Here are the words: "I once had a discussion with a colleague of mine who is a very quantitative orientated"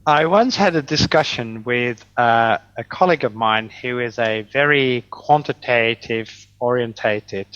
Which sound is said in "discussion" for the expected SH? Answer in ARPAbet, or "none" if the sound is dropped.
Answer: SH